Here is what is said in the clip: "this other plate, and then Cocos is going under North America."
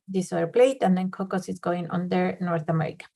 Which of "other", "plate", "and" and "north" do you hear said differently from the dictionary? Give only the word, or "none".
other